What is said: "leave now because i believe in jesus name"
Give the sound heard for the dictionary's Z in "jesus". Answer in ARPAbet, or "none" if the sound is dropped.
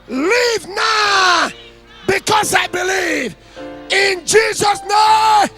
Z